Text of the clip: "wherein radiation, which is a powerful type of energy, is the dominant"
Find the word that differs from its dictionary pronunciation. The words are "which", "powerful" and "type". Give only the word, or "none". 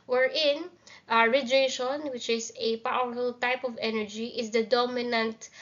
powerful